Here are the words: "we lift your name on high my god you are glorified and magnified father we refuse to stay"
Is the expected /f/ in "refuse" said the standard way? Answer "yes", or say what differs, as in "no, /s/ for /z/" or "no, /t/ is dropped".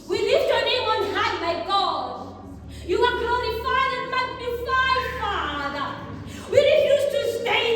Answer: no, /f/ is dropped